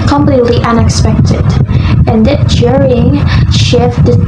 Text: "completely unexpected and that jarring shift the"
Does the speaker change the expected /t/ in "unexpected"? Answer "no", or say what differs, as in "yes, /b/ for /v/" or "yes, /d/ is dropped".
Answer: no